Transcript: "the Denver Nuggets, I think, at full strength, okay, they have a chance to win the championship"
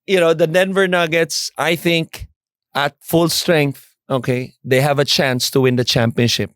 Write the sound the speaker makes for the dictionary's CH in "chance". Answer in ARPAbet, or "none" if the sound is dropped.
CH